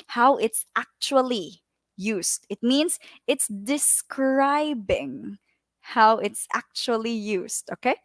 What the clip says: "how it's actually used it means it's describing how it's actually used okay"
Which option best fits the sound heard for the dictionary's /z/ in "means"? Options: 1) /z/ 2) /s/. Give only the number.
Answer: 2